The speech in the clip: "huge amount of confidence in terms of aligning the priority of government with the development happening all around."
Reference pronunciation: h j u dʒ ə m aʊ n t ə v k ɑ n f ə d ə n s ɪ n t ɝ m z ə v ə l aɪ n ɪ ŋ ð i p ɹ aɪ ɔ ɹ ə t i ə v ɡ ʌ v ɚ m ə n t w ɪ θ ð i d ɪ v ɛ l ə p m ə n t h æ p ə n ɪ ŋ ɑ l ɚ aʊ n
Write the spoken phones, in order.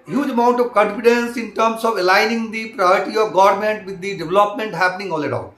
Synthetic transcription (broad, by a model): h j u dʒ ə m aʊ n t ə v k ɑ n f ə d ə n s ɪ n t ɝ m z ə v ə l aɪ n ɪ ŋ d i p ɹ aɪ ɔ ɹ ə t i ə v ɡ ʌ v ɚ m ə n t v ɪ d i d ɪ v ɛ l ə p m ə n t h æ p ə n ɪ ŋ ɑ l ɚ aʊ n